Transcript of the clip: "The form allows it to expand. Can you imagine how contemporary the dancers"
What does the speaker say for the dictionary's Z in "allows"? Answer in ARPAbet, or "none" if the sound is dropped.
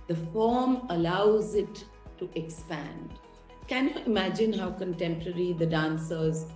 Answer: Z